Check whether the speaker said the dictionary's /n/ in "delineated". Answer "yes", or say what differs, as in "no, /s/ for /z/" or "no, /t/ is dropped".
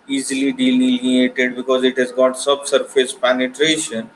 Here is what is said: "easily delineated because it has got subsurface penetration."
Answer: no, /l/ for /n/